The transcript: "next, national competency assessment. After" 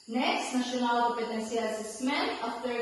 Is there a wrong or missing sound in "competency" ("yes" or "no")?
yes